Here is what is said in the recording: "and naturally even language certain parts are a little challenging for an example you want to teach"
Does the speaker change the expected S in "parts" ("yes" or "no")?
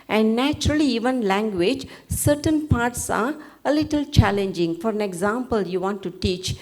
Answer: no